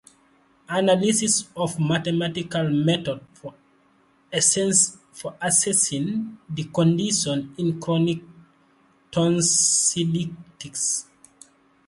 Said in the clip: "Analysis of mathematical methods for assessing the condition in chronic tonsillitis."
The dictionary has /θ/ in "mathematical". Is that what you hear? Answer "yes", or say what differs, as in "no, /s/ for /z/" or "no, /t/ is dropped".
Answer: no, /t/ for /θ/